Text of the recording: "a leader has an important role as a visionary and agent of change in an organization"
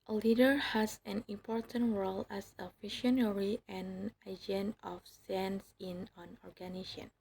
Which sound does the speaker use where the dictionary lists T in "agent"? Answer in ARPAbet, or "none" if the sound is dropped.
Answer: none